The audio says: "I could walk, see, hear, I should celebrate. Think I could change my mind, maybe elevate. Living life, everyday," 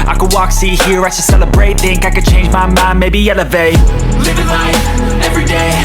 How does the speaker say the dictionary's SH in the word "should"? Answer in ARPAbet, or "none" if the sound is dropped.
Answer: S